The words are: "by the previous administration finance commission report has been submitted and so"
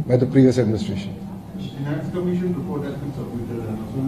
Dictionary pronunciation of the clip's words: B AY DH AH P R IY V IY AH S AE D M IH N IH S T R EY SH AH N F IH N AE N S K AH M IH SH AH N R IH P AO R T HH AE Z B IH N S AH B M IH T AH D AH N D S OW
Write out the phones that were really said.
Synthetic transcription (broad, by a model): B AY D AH P R IY V IY AH S AE D M IH N IH S T R EY SH AH N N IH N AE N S K AH M IH SH AH N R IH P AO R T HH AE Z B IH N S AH M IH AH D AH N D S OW